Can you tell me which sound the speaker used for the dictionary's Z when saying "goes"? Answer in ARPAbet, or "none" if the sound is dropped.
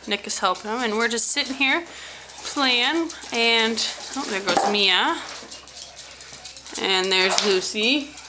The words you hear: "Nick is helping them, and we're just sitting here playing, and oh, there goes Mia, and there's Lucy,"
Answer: Z